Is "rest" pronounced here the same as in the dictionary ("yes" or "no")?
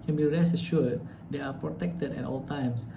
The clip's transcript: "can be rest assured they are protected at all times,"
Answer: no